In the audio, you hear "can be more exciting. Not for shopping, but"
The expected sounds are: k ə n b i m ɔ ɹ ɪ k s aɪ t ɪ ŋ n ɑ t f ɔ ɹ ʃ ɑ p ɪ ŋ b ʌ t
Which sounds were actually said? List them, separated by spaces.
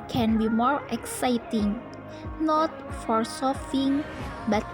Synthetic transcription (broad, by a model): k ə n b i m ɔ ɹ ɪ k s aɪ t ɪ ŋ n ɑ t f ɔ ɹ s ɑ f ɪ ŋ b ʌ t